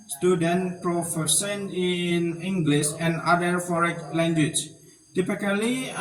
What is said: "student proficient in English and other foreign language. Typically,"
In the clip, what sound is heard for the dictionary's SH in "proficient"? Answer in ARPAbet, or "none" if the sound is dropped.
S